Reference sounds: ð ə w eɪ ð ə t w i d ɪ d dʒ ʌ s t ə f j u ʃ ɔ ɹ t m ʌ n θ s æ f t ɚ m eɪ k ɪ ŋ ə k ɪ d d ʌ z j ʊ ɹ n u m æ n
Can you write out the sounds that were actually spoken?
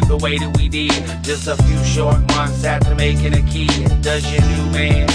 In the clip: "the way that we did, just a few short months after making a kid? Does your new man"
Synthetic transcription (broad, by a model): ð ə w eɪ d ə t w i d ɪ d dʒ ʌ s t ə f j u ʃ ɔ ɹ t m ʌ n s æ t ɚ m eɪ k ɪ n ə k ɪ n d ʌ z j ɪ n u m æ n